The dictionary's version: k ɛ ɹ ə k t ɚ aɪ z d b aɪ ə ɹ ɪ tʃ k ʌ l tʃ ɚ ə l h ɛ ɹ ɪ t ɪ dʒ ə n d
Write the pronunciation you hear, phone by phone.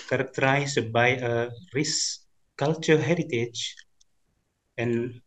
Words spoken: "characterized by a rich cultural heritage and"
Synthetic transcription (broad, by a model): k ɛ ɹ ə k t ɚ aɪ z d b aɪ ə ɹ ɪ s k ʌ l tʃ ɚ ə h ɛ ɹ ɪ t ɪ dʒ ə n